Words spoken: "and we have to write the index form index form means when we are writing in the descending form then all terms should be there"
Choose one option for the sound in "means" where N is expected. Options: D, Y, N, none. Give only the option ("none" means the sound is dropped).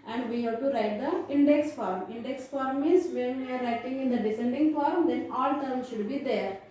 none